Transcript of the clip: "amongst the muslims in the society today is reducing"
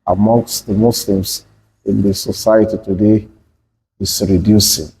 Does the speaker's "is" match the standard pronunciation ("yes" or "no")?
no